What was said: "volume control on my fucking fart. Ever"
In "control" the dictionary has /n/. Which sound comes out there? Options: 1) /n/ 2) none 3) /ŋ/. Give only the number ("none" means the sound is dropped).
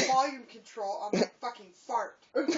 1